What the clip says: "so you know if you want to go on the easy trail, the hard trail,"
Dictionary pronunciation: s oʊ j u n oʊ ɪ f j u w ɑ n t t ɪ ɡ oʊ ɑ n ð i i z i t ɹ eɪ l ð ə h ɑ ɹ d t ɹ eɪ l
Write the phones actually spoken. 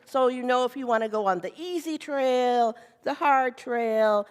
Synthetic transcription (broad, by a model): s oʊ j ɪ n oʊ ɪ f j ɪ w ɑ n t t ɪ ɡ oʊ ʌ n ð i i z i t ɹ eɪ l ð ə h ɑ ɹ d t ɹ eɪ l